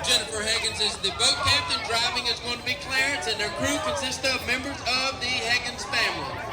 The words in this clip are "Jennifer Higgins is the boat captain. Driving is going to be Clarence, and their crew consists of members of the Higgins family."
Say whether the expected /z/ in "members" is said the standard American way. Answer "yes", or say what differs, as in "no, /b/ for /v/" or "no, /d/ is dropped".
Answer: yes